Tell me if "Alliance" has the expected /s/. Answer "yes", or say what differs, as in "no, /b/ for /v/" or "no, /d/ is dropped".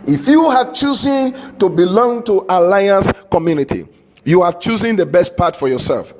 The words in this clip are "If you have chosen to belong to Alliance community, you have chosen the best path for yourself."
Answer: yes